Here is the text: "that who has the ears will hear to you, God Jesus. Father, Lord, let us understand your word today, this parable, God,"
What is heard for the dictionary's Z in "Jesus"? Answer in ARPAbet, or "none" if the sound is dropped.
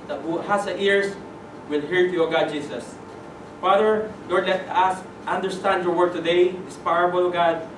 S